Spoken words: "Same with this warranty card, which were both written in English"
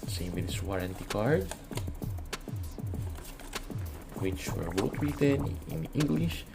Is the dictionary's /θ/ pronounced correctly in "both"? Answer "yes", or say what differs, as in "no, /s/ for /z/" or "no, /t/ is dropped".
no, /t/ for /θ/